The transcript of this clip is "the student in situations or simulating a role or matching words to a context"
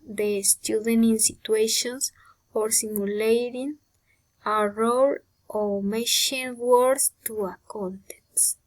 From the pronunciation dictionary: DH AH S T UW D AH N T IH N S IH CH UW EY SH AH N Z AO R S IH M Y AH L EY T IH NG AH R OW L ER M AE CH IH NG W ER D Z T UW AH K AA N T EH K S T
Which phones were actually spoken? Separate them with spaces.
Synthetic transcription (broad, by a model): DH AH S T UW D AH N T IH N S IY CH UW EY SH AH N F AO R S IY M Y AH L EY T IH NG AH R OW L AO M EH SH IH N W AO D S T UW AH K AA N T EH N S